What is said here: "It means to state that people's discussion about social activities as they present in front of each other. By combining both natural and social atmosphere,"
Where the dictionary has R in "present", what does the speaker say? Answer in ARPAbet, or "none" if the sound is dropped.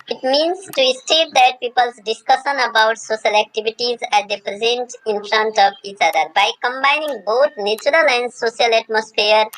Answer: R